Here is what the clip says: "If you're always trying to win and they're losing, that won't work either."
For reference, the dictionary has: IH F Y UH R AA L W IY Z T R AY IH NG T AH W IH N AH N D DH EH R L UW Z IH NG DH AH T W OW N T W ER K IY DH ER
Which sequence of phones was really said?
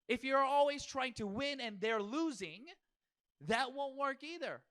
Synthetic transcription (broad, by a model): IH F Y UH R AA L W IY Z T R AY IH NG T AH W IH N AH N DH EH R L UW Z IH NG DH AH T W OW N T W ER K IY DH ER